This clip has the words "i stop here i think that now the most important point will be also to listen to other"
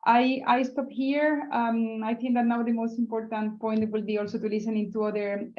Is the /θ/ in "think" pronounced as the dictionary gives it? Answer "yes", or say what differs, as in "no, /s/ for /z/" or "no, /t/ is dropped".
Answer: no, /t/ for /θ/